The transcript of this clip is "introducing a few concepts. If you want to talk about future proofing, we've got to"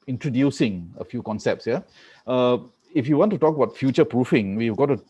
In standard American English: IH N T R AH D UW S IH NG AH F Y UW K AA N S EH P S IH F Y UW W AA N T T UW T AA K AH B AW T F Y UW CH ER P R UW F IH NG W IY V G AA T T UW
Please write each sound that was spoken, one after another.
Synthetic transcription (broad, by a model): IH N T R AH D UW S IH NG AH F Y UW K AA N S EH P S IH F Y UW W AA N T T UW T AA K AH B AW T F Y UW CH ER P R UW F IH NG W IY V G AA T T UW